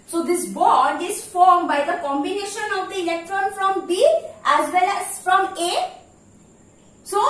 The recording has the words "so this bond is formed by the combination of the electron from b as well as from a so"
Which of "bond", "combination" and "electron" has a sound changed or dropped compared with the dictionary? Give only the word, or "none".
bond